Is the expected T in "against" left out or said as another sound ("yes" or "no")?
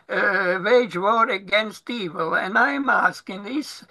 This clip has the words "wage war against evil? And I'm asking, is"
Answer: no